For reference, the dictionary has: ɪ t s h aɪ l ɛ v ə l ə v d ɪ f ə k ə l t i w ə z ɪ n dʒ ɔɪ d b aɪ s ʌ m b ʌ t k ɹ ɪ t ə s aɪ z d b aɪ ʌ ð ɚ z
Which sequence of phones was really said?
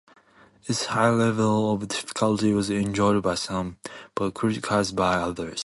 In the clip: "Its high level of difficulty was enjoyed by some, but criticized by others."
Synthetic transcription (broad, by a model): ɪ t s h aɪ l ɛ v ə l ə v d ɪ f ə k ə l t i w ə z ɪ n dʒ ɔɪ d b aɪ s ʌ m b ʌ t k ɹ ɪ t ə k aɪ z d b aɪ ʌ ð ɚ z